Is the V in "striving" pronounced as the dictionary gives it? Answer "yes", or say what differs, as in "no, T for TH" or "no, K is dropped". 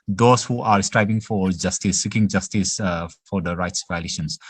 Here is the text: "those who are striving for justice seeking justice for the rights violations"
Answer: no, B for V